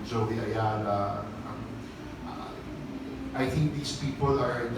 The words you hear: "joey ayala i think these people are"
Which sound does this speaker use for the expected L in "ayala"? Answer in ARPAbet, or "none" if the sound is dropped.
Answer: N